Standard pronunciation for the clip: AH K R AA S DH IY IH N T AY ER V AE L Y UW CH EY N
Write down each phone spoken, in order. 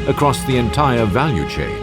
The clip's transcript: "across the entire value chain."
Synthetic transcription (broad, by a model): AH K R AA S DH IY IH N T AY ER V AE L Y UW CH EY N